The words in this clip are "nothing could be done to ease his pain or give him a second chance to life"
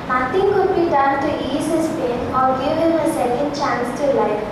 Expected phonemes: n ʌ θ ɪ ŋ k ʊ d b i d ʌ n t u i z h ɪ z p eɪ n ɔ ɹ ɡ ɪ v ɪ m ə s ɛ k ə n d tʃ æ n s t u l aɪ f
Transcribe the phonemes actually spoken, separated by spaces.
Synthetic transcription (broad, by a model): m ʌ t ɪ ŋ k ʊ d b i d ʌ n t u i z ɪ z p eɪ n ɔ l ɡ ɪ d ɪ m ə s ɛ k ə n d tʃ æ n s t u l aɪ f